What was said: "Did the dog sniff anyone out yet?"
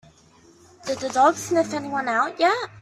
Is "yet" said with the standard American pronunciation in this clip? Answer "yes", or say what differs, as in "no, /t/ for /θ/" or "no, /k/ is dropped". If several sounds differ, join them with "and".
no, /t/ is dropped